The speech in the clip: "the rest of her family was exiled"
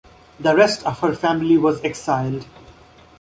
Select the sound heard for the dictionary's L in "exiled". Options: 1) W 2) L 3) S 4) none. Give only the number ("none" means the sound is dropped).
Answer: 2